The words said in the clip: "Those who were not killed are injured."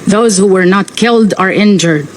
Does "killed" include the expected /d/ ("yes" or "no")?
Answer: yes